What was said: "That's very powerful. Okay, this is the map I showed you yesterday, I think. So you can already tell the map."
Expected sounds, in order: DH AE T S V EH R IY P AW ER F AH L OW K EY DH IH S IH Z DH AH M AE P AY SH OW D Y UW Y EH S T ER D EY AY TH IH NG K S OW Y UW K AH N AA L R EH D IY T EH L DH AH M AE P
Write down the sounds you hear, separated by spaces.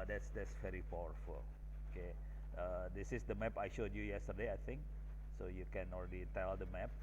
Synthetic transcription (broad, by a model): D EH T S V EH R IY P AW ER F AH L OW K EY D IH S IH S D AH M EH P AY SH OW D Y UW Y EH S T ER D EY AY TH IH NG K S OW Y UW K AH N AA L R EH D IY T EH L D AH M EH P